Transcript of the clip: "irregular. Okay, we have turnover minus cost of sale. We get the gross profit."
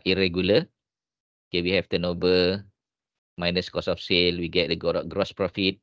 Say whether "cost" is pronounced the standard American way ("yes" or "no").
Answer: no